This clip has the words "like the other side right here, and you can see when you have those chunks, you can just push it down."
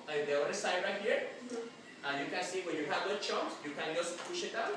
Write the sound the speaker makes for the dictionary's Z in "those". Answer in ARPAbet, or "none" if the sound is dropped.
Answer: none